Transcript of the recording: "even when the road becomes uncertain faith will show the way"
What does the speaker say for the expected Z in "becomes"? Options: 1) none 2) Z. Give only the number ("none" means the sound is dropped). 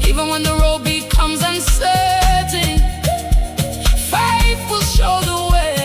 2